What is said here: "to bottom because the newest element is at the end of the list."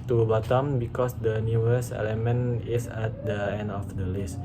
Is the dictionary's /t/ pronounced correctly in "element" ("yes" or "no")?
no